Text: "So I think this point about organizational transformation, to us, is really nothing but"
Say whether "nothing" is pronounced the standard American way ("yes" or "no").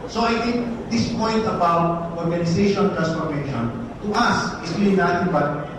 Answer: no